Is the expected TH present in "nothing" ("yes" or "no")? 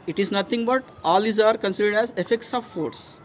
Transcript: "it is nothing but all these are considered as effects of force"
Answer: no